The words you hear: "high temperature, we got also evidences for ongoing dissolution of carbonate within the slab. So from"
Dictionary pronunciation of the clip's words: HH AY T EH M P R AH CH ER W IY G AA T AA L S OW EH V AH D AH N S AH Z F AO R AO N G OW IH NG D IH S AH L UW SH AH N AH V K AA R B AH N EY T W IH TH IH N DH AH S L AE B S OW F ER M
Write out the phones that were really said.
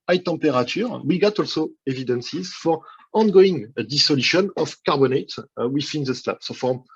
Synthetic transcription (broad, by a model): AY T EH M P R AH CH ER W IY G AA T AA L S OW EH V AH D AH N S AH Z F AO R AO N G OW IH NG D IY S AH L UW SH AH N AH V K AA R B AH N EY T W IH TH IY N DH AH S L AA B S OW F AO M